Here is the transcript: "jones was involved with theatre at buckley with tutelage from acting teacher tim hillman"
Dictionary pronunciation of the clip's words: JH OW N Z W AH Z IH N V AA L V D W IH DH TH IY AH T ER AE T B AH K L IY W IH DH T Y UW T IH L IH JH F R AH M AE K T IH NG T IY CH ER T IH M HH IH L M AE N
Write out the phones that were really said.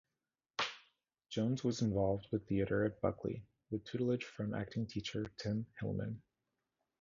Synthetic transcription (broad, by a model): JH OW N Z W AH Z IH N V AA L V D W IH DH TH IY AH T ER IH T B AH K L IY W IH DH T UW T L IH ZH F R AH M AE K T IH NG T IY CH ER T IH M HH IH L M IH N